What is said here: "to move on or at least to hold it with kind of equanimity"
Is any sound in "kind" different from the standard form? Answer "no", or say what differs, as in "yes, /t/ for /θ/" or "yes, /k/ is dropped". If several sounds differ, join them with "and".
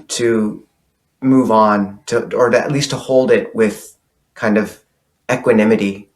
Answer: no